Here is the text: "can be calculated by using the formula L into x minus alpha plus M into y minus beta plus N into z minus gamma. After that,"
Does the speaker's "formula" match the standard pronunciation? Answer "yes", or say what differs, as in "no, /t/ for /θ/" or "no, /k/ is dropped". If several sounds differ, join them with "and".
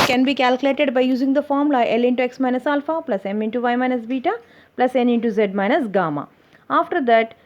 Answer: no, /l/ is dropped